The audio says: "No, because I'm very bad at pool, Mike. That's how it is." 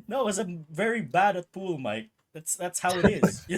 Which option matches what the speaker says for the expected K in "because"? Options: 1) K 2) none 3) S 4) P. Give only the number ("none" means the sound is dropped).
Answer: 2